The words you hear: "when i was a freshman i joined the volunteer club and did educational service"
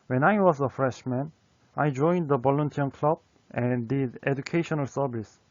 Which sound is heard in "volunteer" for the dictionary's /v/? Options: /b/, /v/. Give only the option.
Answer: /b/